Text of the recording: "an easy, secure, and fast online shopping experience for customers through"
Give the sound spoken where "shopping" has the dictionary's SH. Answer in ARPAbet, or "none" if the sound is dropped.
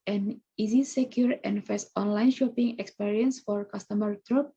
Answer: SH